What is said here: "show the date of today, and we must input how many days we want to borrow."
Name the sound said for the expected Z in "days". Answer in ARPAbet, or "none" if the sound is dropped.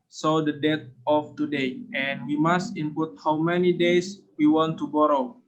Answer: S